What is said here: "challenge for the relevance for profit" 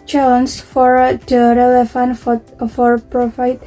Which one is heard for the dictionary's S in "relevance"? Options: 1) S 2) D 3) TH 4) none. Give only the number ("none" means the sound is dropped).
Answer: 4